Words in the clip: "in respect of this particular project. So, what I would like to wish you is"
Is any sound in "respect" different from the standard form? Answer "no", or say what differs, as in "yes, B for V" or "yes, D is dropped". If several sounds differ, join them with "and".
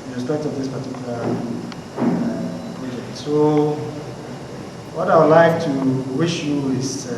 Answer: yes, K is dropped